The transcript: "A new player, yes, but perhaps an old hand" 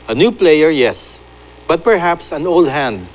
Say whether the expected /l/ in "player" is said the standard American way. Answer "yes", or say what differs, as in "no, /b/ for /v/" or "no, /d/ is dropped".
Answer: yes